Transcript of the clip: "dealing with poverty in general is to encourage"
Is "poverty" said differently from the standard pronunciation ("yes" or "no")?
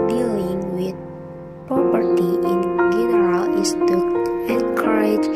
yes